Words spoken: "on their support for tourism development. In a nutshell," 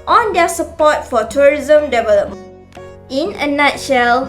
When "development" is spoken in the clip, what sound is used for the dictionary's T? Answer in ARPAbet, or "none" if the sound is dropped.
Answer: none